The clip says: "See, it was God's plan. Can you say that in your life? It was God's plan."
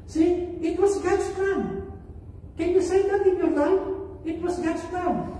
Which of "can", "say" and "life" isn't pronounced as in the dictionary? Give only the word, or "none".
life